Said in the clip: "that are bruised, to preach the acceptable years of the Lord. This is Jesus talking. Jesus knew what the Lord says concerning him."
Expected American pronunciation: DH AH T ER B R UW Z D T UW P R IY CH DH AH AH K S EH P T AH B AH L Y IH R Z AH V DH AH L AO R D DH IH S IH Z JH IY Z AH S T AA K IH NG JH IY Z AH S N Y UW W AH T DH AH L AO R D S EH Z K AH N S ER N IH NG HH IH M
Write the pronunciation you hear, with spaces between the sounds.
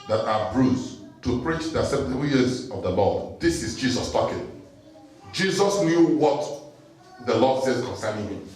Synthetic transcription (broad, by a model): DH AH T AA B R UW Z T UW P R IY CH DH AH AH S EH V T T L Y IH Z AH V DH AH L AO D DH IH S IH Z JH IY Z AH S T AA K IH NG JH IY Z AH S N Y UW W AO T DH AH L AO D S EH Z K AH N S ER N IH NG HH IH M